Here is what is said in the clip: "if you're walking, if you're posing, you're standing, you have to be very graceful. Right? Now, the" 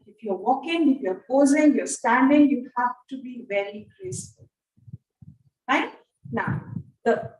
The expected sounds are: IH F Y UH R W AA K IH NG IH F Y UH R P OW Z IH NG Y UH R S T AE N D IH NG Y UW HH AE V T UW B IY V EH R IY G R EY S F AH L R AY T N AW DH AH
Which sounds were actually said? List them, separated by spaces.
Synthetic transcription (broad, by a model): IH F Y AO W AA K IH NG IH F Y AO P OW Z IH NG Y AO S T AE N D IH NG Y UW HH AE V T UW B IY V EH L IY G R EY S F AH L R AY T N AW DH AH